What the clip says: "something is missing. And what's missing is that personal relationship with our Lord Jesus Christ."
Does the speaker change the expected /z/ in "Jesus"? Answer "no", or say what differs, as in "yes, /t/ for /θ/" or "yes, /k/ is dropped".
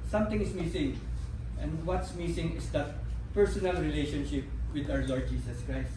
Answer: yes, /s/ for /z/